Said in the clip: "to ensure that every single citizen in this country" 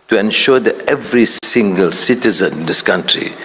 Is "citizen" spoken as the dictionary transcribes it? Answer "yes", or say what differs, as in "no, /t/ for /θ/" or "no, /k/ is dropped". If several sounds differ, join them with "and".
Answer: yes